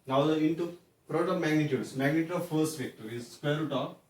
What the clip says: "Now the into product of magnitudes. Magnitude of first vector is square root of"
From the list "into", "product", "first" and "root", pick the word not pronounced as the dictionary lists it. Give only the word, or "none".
product